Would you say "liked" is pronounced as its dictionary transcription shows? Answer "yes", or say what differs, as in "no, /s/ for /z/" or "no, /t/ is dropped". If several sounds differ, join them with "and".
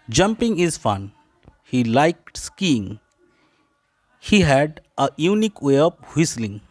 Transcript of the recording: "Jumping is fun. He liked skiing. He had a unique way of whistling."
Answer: yes